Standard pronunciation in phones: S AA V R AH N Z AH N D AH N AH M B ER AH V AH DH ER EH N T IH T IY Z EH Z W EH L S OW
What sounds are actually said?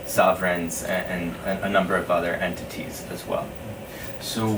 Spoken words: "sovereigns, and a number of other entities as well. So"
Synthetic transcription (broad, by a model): S AA V R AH N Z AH N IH AH N AH M B ER AH V AH DH ER EH N T IH T IY Z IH Z W EH L S OW